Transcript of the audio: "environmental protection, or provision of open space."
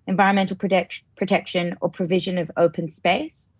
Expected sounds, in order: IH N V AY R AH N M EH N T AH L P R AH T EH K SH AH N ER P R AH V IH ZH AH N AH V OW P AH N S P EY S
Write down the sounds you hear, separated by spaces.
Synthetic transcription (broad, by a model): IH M V AY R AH N M EH N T L P R AH T EH K SH AH N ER P R AH V IH ZH AH N AH V OW P AH N S P EY S